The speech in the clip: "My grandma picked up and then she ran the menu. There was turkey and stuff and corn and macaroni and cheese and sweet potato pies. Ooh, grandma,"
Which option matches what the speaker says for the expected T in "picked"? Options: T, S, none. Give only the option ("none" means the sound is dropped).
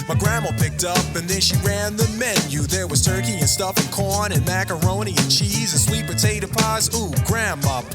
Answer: T